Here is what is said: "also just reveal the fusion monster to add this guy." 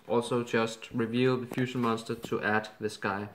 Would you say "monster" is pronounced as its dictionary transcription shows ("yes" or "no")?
yes